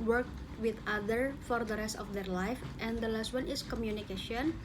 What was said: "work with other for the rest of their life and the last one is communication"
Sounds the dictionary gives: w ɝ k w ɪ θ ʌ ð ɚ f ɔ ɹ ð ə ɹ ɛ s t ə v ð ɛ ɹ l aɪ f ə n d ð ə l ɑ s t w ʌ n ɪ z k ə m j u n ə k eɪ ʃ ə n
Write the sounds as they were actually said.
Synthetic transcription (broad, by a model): w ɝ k w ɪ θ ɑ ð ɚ f ɔ ɹ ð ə ɹ ɛ s t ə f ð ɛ ɹ l aɪ f ə n d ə l ɑ s t w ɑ n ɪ s k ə m j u n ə k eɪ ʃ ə n